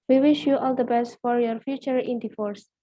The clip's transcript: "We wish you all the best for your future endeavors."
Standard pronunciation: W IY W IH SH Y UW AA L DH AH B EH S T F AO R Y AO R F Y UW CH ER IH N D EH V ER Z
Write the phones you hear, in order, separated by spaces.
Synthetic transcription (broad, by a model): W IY W IH SH Y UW AA L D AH B EH S T F AO R Y AO R F Y UW CH ER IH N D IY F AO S